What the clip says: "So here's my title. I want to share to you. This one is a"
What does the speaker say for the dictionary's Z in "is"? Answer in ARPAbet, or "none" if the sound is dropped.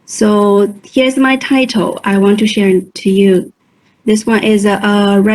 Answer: Z